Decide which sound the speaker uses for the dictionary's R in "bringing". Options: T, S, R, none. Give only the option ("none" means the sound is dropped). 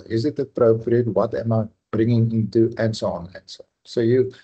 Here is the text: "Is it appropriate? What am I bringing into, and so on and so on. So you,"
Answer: R